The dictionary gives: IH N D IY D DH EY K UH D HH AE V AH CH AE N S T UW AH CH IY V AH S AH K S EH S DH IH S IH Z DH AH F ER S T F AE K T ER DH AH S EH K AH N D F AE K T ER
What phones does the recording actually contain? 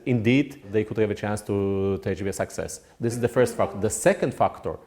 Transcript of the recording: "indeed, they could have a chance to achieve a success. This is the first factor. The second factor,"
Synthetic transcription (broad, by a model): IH N D IY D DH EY K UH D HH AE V AH CH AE N S T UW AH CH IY AH S AH K S EH S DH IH S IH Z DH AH F ER S T F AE K T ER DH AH S EH K AH N D F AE K T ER